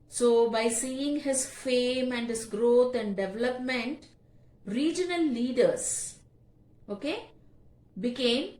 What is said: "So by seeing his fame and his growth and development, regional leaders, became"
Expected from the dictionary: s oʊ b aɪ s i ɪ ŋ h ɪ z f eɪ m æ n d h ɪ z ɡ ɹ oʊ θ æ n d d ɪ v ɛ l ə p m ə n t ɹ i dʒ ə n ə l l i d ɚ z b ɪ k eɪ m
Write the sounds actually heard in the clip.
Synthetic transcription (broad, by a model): s oʊ b aɪ s i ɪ ŋ h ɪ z f eɪ m æ n d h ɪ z ɡ ɹ oʊ t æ n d d ɪ v ɛ l ə p m ə n t ɹ i dʒ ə n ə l l i d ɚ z b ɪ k eɪ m